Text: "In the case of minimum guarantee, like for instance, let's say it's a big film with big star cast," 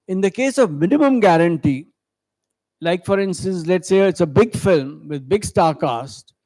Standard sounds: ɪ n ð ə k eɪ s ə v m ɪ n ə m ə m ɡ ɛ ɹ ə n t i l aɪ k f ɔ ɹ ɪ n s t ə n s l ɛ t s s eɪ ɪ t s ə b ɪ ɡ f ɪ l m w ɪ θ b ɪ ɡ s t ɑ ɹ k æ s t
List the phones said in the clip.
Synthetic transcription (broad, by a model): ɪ n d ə k eɪ s ə v m ɪ n ə m ə m ɡ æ ɹ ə n t i l aɪ k f ɔ ɹ ɪ n s t ə n s l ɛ t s s eɪ ɪ t s ə b ɪ ɡ f ɪ l m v ɪ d b ɪ ɡ s t ɑ ɹ k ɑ s t